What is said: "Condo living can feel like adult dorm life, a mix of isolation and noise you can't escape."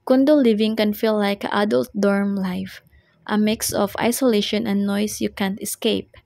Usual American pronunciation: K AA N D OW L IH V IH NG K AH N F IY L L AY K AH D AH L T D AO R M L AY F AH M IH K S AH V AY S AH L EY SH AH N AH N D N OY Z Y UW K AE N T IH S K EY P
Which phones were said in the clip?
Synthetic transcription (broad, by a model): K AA N D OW L IH V IH NG K AH N F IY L L AY K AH D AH L T D AO R M L AY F AH M IH K S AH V AY S AH L EY SH AH N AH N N OY S Y UW K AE N T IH S K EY P